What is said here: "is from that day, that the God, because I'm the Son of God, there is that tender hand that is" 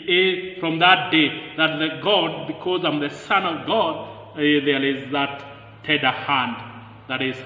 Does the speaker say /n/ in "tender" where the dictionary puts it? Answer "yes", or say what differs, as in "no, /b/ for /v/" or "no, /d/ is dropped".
no, /n/ is dropped